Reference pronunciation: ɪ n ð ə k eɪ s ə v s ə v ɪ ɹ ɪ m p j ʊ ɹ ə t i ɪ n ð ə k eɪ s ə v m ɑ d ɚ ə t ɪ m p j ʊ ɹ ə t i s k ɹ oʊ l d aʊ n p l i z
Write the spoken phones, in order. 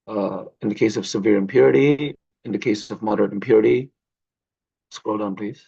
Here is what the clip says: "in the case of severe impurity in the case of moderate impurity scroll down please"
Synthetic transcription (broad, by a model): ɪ n ð ə k eɪ s ə v s ə v ɪ ɹ ɪ m p j ʊ ɹ ə t i ɪ n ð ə k eɪ s ə v m ɑ d ɚ ə t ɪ m p j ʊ ɹ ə t i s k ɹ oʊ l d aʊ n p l i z